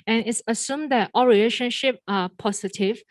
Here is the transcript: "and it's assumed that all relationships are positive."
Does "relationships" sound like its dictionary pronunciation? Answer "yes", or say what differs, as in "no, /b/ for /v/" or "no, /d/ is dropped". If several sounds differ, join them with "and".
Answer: no, /s/ is dropped